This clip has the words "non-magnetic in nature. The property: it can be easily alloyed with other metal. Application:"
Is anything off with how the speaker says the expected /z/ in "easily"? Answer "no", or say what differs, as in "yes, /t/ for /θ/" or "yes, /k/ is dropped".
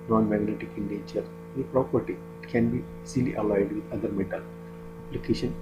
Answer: yes, /s/ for /z/